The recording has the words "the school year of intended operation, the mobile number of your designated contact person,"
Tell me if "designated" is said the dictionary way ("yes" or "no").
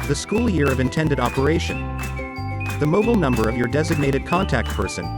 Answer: yes